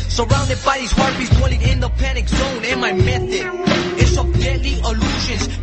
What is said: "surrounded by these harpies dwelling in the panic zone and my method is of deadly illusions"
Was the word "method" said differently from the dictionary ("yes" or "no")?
yes